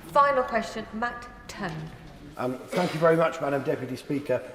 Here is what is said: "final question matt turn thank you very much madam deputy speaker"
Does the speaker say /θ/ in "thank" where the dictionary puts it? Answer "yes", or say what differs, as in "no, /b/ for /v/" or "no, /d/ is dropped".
yes